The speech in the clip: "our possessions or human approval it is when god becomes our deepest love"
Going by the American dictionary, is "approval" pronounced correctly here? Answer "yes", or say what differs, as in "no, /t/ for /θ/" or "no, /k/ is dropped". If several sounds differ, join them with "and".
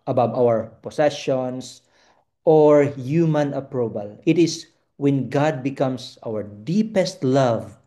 no, /b/ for /v/